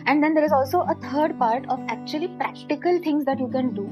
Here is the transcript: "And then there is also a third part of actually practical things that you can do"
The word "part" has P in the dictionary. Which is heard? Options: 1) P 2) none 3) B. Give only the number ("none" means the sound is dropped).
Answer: 1